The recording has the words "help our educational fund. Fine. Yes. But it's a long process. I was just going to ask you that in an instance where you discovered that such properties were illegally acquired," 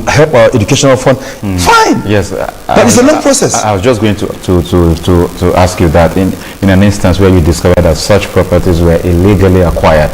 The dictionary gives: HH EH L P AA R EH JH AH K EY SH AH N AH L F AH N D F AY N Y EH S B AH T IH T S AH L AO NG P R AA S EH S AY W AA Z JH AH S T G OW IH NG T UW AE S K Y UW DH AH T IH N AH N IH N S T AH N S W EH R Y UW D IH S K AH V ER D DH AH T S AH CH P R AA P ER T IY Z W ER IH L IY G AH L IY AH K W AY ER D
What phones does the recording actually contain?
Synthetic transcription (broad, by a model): HH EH L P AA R EH JH AH K EY SH AH N AH L F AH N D F AY N Y EH S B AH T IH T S AH L AO NG P R AA S EH S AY W AA Z JH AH S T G OW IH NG T UW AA S K Y UW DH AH T IH N AH N IH N S T AH N S W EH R Y UW D IH S K AH V ER D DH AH T S AH CH P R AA P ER T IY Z W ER IH L IY G AH L IY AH K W AY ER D